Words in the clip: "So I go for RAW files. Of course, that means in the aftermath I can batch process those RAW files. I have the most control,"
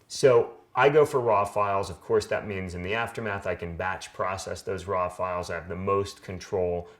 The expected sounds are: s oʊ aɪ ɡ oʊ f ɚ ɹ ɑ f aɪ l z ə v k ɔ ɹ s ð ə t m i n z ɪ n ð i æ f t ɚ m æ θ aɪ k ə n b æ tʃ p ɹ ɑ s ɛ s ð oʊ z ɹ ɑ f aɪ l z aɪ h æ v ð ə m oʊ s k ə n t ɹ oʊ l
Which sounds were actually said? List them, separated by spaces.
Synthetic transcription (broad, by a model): s oʊ aɪ ɡ oʊ f ɚ ɹ ɑ f aɪ l z ə v k ɔ ɹ s ð ə t m i n z ɪ n ð i æ f t ɚ m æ θ aɪ k ə n b æ tʃ p ɹ ɑ s ɛ s ð oʊ z ɹ ɑ f aɪ l z aɪ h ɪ v ð ə m oʊ s k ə n t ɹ oʊ l